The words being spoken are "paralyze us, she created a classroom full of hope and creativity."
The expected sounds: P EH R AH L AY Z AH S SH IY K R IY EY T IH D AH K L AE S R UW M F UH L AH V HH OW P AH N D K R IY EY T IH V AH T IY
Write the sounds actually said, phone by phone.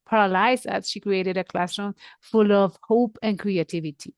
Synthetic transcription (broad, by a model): P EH R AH L AY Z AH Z SH IY K R IY EY T IH D AH K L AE S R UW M F UH L AH V HH OW P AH N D K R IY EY T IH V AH T IY